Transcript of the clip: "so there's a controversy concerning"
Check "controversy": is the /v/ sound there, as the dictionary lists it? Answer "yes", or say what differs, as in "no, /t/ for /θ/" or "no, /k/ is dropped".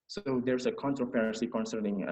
no, /p/ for /v/